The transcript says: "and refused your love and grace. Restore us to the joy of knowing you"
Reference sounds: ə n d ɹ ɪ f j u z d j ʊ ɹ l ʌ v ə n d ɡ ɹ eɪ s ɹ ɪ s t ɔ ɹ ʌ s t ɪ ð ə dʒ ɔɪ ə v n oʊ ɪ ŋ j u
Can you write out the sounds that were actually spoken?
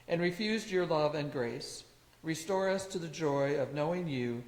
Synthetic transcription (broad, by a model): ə n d ɹ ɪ f j u z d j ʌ ɹ l ʌ v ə n ɡ ɹ eɪ s ɹ ɪ s t ɔ ɹ ʌ s t ɪ ð ə dʒ ɔɪ ə v n oʊ ɪ ŋ j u